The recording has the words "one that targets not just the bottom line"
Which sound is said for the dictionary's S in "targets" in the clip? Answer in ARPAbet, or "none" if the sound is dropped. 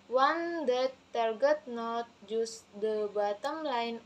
none